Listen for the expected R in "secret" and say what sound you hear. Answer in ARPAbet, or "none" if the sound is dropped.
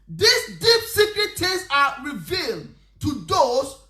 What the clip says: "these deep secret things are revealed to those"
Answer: R